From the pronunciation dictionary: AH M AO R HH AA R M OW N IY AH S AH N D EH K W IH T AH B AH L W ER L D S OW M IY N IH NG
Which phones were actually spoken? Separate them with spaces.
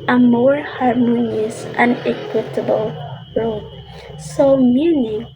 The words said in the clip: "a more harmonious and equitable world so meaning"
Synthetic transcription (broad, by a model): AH M AO R HH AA R M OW N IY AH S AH N EH K W IH T AH B AH L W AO D S OW M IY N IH